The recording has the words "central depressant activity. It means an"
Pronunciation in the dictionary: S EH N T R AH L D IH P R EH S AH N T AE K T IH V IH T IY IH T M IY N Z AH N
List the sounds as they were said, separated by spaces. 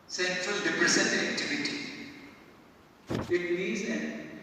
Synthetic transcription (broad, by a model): S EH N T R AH L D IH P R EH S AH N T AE K T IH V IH T IY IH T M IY Z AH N